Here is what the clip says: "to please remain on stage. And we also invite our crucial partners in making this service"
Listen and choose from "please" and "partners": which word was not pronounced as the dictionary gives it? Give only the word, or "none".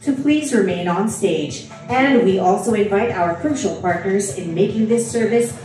none